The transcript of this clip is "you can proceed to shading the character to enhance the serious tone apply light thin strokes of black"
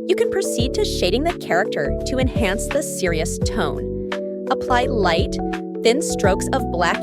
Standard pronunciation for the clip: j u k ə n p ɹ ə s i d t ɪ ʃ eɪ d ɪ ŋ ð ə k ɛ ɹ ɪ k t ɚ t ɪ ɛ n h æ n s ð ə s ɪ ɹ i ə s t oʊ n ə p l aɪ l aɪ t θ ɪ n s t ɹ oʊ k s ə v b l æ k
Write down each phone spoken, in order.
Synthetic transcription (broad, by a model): j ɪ k ə n p ɹ ə s i d t ɪ ʃ eɪ d ɪ ŋ ð ə k ɛ ɹ ɪ k t ɚ t ɪ ɛ n h æ n s ð ə s ɪ ɹ i ə s t oʊ n ə p l aɪ l aɪ t θ ɪ n s t ɹ oʊ k s ə v b l æ k